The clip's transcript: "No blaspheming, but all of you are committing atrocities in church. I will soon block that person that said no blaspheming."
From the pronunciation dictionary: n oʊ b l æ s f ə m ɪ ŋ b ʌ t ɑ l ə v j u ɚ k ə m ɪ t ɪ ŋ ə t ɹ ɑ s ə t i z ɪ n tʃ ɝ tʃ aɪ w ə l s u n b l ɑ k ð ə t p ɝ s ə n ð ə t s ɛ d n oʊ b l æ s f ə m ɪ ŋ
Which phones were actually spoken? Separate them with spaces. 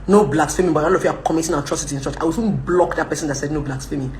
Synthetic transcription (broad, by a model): n oʊ b l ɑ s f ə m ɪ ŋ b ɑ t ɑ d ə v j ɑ k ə m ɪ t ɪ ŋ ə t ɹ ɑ s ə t i ɪ n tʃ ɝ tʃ aɪ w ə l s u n b l ɑ k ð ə t p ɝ s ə n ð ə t s ɛ d n oʊ b l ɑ s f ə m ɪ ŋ